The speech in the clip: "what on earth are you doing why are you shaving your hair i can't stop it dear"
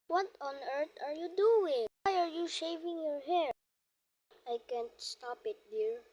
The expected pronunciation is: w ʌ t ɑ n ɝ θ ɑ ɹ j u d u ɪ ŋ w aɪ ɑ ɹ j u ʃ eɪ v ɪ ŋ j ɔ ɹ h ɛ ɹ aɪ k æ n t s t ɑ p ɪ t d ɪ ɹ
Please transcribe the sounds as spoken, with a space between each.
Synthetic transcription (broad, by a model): w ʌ t ɑ n ɝ t ɑ ɹ j u d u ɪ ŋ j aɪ ɑ ɹ j u ʃ eɪ v ɪ ŋ j ɔ ɹ h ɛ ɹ aɪ k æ n t s t ɑ p ɪ t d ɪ ɹ